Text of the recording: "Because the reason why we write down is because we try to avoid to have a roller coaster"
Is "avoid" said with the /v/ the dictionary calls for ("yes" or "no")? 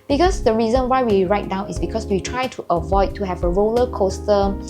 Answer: yes